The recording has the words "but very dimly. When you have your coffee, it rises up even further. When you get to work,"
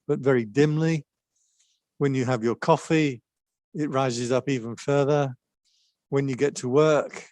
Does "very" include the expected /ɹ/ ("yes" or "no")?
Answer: yes